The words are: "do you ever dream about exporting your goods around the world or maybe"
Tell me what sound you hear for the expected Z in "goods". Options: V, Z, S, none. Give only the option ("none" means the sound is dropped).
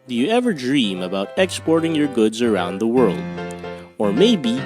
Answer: Z